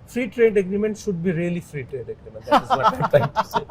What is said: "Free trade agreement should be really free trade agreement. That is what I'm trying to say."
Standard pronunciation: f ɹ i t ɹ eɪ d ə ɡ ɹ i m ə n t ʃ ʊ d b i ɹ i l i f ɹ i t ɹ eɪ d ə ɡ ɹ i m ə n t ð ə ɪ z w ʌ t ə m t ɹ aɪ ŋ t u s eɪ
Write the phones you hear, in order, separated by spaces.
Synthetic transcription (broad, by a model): f ɹ i t ɹ eɪ d ə ɡ ɹ i m ə n t ʃ ʊ d b i ɹ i l i f ɹ i t ɹ eɪ d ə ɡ ɹ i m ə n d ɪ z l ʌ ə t aɪ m t u s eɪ